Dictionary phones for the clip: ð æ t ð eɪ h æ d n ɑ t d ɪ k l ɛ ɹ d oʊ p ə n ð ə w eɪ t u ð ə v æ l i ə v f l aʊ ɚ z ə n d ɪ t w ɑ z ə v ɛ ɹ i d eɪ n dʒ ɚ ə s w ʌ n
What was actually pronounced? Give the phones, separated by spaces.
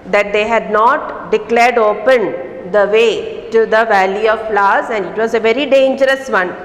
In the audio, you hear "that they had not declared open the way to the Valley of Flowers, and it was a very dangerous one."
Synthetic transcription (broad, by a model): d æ t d eɪ h æ d n ɑ t d ɪ k l ɛ ɹ d oʊ p ə n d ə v eɪ t u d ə v æ l i ə v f l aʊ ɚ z ə n d ɪ t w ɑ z ə v ɛ ɹ i d eɪ n dʒ ɚ ə s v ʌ n